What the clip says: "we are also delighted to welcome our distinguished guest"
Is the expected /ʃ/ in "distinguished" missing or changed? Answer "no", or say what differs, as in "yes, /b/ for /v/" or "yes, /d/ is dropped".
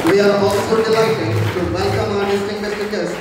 yes, /s/ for /ʃ/